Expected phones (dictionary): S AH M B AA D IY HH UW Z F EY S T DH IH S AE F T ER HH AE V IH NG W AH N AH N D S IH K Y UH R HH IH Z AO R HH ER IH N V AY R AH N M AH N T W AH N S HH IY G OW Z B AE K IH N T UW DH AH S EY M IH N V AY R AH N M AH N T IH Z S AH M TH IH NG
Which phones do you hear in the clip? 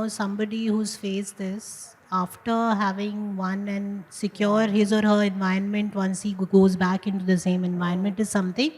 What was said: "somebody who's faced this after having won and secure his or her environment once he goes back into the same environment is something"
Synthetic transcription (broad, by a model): S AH M B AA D IY HH UW Z F EY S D IH S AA F T ER HH AE V IH NG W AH N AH N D S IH K Y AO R HH IH Z AO R HH ER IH N V AY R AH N M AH N T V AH N S HH IY G OW Z B AE K IH N T UW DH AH S EY M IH N V AY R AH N M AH N T IH Z S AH M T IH NG